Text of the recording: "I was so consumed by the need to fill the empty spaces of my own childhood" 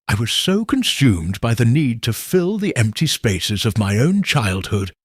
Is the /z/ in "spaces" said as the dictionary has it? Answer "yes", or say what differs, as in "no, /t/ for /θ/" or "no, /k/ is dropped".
yes